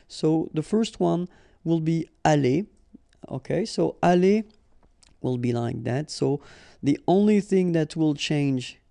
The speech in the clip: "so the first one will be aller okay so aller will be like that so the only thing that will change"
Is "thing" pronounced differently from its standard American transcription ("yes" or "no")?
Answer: no